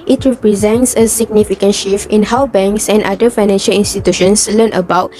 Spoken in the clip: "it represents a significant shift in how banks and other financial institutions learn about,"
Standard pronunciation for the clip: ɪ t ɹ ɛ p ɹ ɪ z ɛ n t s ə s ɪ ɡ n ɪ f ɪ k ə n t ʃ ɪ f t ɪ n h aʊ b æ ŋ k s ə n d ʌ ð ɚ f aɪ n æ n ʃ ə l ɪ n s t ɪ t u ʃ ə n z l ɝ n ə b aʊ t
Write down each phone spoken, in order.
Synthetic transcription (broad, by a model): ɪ t ɹ ɛ p ɹ ɪ z ɛ n t s ə s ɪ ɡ n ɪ f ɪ k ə n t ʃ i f ɪ n h aʊ b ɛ ŋ k s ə n d ʌ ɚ f aɪ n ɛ n ʃ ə l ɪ n s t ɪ t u ʃ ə n s l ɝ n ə b aʊ t